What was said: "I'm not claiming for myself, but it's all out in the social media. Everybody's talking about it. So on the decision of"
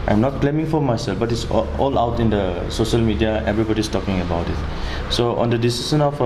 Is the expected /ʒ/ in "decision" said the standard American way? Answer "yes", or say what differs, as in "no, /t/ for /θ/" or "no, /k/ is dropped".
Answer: no, /s/ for /ʒ/